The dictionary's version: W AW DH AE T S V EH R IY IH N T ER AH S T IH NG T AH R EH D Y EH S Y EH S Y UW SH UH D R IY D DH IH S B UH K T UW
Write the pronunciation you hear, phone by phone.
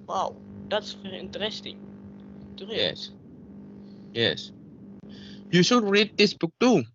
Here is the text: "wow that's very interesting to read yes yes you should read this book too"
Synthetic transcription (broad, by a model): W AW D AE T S F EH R IH N T ER AH S T IH NG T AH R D Y EH S Y EH S Y UW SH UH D R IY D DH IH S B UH K T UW